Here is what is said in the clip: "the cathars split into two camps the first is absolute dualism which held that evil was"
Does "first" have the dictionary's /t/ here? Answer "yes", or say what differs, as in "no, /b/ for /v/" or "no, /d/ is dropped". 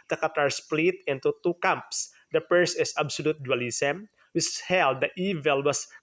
no, /t/ is dropped